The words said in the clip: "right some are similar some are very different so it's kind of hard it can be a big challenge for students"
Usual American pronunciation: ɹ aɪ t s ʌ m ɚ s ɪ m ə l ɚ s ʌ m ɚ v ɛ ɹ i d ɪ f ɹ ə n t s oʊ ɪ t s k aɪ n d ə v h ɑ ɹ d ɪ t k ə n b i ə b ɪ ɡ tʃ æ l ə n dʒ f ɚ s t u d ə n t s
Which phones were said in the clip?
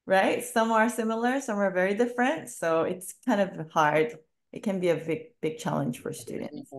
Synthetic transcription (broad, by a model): ɹ aɪ t s ʌ m ɚ s ɪ m l ɚ s ʌ m ɚ v ɛ ɹ i d ɪ f ɹ ə n t s oʊ ɪ t s k aɪ n d ə v h ɑ ɹ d ɪ t k ə n b i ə b ɪ ɡ tʃ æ l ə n ʒ f ɚ s t u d n t s